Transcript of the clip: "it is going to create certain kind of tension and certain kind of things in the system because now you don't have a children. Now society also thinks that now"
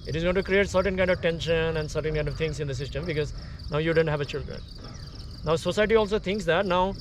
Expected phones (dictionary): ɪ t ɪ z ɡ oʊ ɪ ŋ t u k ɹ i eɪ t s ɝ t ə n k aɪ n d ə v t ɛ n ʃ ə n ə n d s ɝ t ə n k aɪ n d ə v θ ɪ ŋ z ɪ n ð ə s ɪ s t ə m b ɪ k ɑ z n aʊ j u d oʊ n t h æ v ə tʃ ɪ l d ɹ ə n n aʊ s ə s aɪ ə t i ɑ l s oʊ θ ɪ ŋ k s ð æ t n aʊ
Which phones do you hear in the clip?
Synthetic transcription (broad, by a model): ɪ t ɪ z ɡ oʊ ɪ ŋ t u k ɹ i eɪ t s ɝ t ə n k aɪ n d ə v t ɛ n ʃ ə n ə n d s ɝ t ə n k aɪ n d ə v t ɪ ŋ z ɪ n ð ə s ɪ s t ə m b ɪ k ɑ z n aʊ j u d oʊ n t h æ v ə tʃ ɪ l d ɹ ə n n aʊ s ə s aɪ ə t i ɑ l s oʊ t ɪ ŋ k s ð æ t n aʊ